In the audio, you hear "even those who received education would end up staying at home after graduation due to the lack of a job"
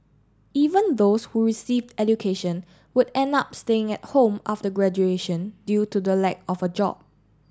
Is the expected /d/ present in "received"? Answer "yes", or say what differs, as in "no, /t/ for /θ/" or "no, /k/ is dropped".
yes